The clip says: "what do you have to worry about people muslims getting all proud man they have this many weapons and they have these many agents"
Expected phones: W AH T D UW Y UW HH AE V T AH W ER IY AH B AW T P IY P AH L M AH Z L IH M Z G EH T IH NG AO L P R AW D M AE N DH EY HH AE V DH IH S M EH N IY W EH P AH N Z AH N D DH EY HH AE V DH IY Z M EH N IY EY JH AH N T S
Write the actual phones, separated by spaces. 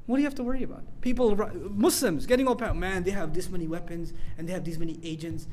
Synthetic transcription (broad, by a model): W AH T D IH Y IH HH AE F T AH W ER IY AH B AW T P IY P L M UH S L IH M Z G EH T IH NG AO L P AW M AE N DH EY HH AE V DH IH S M EH N IY W EH P AH N Z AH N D DH EY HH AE V DH IY Z M EH N IY EY JH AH N T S